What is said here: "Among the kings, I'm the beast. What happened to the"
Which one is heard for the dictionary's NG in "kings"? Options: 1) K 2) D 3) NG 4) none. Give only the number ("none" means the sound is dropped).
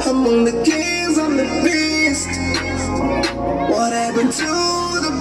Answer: 4